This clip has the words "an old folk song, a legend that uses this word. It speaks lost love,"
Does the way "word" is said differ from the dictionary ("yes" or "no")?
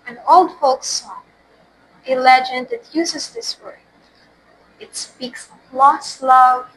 yes